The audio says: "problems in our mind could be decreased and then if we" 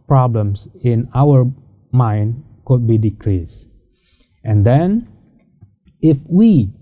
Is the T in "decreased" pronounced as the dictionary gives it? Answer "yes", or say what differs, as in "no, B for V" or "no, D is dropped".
yes